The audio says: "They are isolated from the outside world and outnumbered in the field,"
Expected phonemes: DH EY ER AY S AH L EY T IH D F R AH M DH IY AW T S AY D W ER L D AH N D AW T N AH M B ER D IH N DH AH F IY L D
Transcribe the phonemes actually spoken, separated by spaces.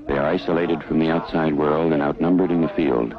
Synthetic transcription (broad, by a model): DH EY ER AY S AH L EY T IH D F R AH M DH IY AW T S AY D W ER L D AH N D AW T N AH M B ER D IH N DH AH F IY L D